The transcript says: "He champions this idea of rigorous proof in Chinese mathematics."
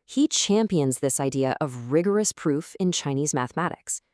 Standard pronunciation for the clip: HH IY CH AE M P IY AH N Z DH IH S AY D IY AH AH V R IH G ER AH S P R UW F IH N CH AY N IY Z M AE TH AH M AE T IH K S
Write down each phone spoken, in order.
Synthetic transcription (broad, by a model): HH IY CH AE M P IY AH N Z DH IH S AY D IY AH AH V R IH G ER AH S P R UW F IH N CH AY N IY Z M AE TH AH M AE T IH K S